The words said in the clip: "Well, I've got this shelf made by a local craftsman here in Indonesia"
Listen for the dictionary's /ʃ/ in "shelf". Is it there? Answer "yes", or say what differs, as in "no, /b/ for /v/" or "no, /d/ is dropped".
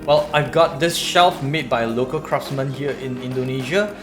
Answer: yes